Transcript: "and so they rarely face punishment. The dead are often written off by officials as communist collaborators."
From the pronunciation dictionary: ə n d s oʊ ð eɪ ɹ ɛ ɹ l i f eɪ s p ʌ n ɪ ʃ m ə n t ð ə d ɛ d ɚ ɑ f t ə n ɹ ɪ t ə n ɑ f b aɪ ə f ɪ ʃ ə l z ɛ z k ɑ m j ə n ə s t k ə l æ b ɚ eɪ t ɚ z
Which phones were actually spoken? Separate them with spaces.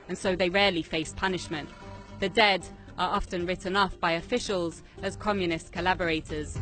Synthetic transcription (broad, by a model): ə n s oʊ ð eɪ ɹ ɛ l i f eɪ s p ʌ n ɪ ʃ m ə n t ð ə d ɛ d ɚ ɑ f t ə n ɹ ɪ t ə n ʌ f b aɪ ə f ɪ ʃ ə l z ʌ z k ɑ m j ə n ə s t k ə l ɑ b ɚ eɪ t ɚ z